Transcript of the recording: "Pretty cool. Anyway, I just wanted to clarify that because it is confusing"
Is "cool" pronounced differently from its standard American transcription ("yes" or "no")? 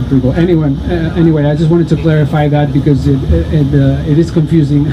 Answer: yes